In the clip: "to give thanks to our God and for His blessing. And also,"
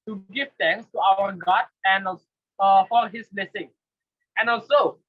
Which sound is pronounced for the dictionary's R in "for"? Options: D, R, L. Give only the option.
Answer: L